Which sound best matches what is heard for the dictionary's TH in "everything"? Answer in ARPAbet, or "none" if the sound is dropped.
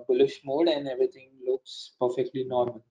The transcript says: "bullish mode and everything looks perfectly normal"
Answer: T